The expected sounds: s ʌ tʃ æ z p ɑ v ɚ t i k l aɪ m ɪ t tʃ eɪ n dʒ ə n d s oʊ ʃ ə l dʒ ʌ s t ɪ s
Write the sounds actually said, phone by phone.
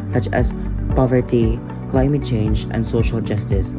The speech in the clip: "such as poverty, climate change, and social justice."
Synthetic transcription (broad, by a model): s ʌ tʃ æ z p ɑ v ɚ t i k l aɪ m ɪ t tʃ eɪ n dʒ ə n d s oʊ ʃ ə l dʒ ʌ s t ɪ s